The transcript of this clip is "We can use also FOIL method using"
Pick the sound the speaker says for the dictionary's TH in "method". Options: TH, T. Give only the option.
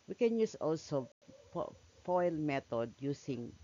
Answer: T